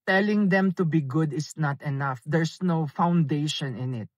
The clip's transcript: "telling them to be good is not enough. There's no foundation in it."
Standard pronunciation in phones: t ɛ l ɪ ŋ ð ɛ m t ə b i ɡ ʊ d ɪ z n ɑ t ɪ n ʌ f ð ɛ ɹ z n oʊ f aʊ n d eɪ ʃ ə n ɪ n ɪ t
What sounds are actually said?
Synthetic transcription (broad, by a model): t ɛ l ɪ ŋ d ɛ m t ə b i ɡ ʊ d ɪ s n ɑ t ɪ n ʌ f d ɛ ɹ s n oʊ f aʊ n d eɪ ʃ ə n ɪ n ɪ t